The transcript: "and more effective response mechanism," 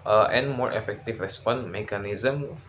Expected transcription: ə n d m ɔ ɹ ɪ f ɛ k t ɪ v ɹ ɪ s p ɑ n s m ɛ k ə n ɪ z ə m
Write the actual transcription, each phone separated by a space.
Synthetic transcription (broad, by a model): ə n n m ɔ ɹ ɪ f ɛ k t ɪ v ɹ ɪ s p ɑ n m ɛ k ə n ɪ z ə m